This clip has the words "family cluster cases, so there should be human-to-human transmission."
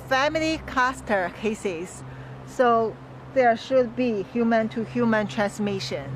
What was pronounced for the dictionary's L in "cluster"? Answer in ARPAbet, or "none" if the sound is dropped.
none